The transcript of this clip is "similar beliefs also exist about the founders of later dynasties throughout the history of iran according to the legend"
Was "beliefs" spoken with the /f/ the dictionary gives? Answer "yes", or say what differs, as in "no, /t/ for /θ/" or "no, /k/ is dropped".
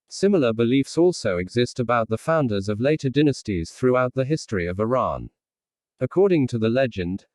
yes